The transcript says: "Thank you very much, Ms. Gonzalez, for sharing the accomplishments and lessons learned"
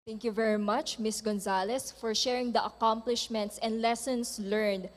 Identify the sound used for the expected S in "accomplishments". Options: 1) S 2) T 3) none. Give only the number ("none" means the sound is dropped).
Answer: 1